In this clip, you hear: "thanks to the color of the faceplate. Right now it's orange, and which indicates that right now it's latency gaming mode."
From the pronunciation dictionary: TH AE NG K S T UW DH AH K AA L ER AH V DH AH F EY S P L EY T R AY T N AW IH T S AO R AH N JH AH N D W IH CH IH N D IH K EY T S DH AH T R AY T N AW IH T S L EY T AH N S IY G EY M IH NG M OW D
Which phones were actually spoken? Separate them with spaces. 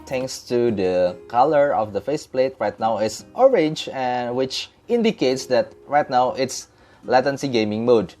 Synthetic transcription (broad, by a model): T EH NG K S T UW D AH K AA L ER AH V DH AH F EY S P L EY T R AY T N AW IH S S AO R AH N JH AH N W IH CH IH N D IH K EY T S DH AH T R AY T N AW IH T S L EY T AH N S IY G EY M IH NG M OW D